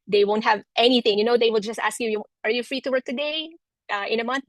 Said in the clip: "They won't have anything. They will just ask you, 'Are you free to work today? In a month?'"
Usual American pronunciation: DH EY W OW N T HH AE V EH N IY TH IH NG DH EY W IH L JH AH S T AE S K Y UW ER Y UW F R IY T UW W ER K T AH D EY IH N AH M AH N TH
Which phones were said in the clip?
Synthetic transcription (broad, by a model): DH EY W OW N T HH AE V EH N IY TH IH NG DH EY W IH L JH AH S T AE S K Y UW ER Y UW F R IY T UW W ER K T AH D EY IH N AH M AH N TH